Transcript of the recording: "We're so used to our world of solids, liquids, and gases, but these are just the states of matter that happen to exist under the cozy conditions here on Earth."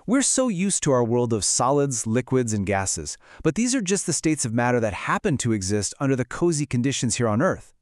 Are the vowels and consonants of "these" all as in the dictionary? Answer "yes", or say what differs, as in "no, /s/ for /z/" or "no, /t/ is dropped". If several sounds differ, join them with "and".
yes